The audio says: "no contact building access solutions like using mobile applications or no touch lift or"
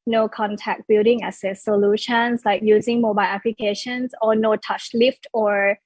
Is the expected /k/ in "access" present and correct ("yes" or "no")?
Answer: no